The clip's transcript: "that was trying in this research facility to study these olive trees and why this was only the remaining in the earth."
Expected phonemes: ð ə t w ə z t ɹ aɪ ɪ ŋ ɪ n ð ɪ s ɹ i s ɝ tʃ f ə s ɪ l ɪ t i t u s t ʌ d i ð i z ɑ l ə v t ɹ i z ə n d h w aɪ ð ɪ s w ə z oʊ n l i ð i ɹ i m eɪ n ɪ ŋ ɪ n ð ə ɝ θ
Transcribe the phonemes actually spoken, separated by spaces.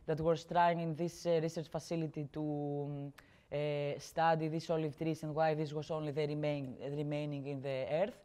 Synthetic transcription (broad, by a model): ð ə t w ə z t ɹ aɪ ɪ ŋ ɪ n ð ɪ s ɹ i s ɝ tʃ f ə s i l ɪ t i t u s t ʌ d i ð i s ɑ l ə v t ɹ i s ə n d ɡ w aɪ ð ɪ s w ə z oʊ n l i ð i ɹ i m eɪ n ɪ ŋ ɪ n ð ə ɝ θ